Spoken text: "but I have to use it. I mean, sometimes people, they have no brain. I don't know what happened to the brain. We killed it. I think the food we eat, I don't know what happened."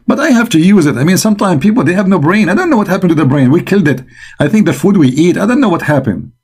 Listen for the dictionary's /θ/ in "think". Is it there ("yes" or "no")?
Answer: yes